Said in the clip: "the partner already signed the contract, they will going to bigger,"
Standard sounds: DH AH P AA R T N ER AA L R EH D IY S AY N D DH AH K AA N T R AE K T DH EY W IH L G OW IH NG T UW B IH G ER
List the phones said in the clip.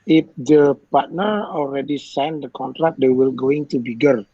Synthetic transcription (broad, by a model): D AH P AA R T N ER AA L R EH D IY S AY N D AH K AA N T R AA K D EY W IH L G OW IH NG T UW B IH G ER